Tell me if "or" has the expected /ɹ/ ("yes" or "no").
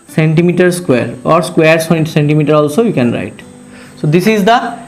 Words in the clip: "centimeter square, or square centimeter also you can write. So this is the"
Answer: yes